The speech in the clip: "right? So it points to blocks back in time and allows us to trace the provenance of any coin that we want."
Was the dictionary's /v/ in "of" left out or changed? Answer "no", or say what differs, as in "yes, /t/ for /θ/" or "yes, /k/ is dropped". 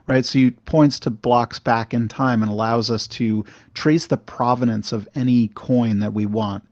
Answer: no